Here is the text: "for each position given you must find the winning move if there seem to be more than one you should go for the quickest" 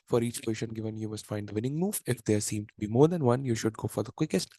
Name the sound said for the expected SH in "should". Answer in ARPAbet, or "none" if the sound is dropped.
SH